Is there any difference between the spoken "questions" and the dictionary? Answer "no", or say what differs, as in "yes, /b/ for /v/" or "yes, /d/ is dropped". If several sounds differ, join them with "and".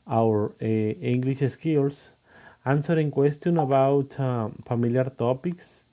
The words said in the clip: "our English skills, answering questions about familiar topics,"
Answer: yes, /z/ is dropped